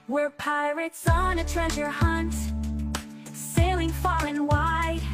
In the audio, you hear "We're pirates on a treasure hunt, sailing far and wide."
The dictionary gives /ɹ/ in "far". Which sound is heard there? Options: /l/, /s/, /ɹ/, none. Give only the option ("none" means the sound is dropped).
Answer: /l/